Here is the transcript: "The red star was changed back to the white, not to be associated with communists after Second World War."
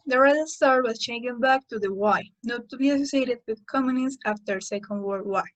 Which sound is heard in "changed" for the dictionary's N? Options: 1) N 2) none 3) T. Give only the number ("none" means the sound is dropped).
2